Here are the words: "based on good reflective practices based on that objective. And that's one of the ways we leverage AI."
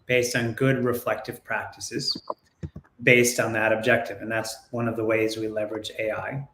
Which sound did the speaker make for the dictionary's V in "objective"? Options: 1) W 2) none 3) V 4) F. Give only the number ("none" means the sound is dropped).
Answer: 3